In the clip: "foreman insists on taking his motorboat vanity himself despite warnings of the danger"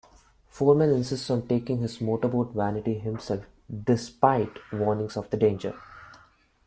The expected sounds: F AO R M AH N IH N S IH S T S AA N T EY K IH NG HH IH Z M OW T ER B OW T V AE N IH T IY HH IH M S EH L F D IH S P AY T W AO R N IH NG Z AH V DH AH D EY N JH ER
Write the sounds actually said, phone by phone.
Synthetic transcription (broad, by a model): F AO R M AH N IH N S IH S T S AA N T EY K IH NG HH IH Z M OW T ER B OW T V AE N IH T IY HH IH M S EH L F D IH S P AY T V AO R N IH NG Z AH V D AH D EY N JH ER